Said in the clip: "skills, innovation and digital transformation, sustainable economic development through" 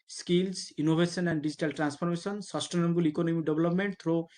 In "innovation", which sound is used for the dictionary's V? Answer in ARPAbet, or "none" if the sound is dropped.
B